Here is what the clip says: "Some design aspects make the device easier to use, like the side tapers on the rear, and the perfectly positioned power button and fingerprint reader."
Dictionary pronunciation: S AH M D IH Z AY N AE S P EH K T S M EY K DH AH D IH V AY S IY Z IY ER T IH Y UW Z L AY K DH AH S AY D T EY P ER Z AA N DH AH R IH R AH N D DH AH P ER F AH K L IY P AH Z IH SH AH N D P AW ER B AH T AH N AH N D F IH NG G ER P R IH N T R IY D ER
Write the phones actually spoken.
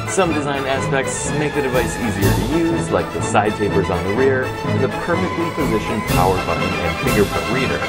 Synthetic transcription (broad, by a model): S AH M D IH Z AY N AE S P EH K T S M EY K DH AH D IH V AY S IY Z IY ER T IH Y UW Z L AY K DH AH S AY D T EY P ER Z N DH AH R IH R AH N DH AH P ER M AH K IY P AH Z IH SH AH N P AW ER B AH T N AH N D F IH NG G ER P UH T R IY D ER